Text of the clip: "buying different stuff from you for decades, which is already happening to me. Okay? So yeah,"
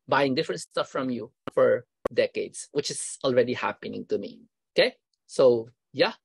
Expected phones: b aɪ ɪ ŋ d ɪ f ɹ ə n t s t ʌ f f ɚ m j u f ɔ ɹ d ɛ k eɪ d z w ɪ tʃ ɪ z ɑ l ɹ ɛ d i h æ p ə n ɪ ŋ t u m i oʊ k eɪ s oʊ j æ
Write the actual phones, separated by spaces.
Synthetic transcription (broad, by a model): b aɪ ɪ ŋ d ɪ f ɹ ə n t s t ʌ f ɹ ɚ m j u f ɔ ɹ d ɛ k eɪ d s w ɪ tʃ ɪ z ɑ l ɹ ɛ d i h æ p ə n ɪ ŋ t u m i oʊ k eɪ s oʊ j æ